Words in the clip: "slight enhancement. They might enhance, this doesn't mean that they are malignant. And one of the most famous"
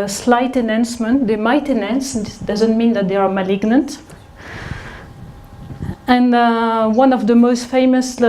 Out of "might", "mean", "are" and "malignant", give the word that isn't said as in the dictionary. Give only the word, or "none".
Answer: none